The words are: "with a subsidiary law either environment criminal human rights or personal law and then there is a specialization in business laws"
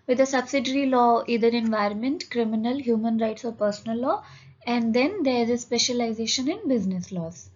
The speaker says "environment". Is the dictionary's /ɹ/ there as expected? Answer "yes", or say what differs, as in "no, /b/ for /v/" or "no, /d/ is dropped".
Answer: yes